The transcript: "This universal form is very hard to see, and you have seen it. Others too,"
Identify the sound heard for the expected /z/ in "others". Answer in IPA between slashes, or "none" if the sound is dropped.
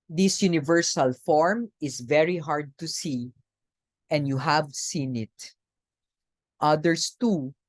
/s/